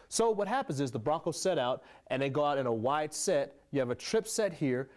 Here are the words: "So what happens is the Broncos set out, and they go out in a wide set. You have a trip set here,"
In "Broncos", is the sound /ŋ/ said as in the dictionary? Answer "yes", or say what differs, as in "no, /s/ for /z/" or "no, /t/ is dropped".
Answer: no, /ŋ/ is dropped